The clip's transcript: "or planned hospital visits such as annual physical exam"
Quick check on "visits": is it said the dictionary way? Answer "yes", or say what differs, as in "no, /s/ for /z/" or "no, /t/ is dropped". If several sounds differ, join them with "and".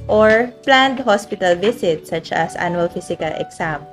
no, /s/ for /z/